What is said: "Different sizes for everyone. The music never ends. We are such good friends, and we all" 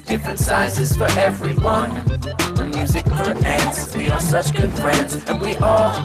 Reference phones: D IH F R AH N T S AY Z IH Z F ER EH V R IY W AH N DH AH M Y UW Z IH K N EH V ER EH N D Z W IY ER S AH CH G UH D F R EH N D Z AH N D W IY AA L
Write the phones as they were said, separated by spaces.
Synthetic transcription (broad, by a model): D IH F R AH N S AY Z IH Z F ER EH V R IY W AH N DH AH M Y UW Z IH K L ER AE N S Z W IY ER S AH CH G UH D F R EH N D Z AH N W IY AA L